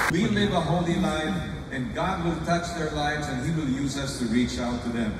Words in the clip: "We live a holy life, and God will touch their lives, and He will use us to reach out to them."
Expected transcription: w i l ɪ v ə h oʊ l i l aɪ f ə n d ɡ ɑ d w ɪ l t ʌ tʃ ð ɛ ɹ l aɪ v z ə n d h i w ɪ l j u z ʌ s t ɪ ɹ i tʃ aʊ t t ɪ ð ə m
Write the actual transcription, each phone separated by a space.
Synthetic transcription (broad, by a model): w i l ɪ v ə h oʊ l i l aɪ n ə n ɡ ɑ d w ɪ l t ʌ tʃ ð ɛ ɹ l aɪ v z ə n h i w ɪ l j u z ʌ s t ɪ ɹ i tʃ aʊ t t ɪ ð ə m